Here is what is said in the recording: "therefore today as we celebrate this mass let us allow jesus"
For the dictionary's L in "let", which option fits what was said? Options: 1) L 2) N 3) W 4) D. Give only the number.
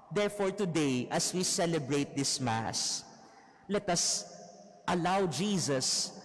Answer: 1